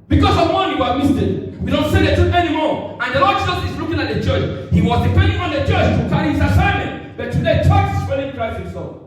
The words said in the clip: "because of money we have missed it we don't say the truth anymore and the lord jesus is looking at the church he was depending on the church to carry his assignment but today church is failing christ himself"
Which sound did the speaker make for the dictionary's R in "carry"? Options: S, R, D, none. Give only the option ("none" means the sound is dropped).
none